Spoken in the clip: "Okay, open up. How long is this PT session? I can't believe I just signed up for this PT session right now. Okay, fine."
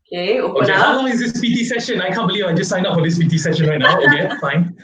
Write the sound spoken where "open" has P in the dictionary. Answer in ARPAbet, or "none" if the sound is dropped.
none